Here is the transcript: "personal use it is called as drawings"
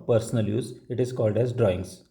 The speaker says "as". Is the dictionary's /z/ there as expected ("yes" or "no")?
yes